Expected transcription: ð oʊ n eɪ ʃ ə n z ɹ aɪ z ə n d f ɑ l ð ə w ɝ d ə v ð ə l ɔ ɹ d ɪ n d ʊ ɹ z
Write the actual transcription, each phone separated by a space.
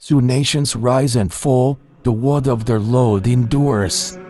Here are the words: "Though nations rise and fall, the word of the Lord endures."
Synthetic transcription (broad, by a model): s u n eɪ ʃ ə n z ɹ aɪ z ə n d f ɑ l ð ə w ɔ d ə v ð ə l ɔ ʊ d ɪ n d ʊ ɹ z